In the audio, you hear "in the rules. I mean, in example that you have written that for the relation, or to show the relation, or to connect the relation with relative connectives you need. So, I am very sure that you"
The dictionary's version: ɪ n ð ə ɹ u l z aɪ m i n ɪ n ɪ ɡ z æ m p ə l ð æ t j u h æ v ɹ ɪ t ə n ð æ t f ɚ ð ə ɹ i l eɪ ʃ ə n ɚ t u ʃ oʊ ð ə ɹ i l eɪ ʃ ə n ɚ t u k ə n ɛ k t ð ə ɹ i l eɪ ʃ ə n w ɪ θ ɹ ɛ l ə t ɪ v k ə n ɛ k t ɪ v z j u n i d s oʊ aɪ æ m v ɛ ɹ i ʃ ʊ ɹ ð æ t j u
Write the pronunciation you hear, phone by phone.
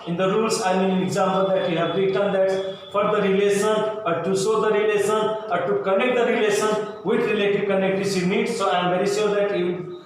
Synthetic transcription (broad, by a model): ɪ n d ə ɹ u l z aɪ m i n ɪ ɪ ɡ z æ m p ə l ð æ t j u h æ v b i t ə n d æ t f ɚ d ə ɹ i l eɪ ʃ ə n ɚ t u s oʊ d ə ɹ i l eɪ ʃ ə n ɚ t u k ə n ɛ k t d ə ɹ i l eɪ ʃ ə n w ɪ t ɹ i l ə t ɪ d k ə n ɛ k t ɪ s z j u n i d s oʊ aɪ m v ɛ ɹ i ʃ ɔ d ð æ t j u